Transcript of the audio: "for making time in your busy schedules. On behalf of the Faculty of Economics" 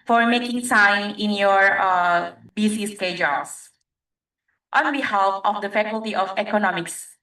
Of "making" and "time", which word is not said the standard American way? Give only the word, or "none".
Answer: time